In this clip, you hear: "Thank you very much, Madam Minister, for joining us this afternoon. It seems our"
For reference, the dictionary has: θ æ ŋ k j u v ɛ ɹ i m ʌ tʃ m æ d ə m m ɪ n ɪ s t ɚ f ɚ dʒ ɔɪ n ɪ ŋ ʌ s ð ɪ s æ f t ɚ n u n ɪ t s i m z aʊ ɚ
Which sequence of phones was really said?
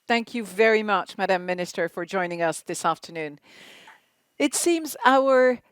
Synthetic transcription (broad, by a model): θ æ ŋ k j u v ɛ ɹ i m ʌ tʃ m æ d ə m m ɪ n ɪ s t ɚ f ɚ dʒ ɔɪ n ɪ ŋ ʌ s ð ɪ s æ f t ɚ n u n ɪ t s i m z aʊ ɚ